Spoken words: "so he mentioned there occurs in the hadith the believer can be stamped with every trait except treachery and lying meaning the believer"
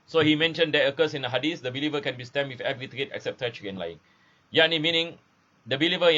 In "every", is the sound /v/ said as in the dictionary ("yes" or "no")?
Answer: yes